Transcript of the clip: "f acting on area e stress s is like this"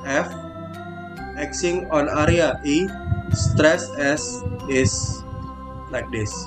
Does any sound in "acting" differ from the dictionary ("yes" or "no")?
yes